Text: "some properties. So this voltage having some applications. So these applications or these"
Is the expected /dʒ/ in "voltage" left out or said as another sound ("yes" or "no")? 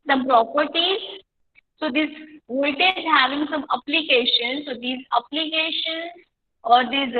yes